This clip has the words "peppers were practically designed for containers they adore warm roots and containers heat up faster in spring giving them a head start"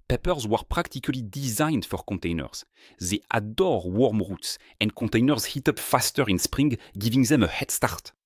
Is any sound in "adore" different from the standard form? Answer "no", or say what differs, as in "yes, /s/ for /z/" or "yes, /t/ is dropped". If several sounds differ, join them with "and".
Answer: no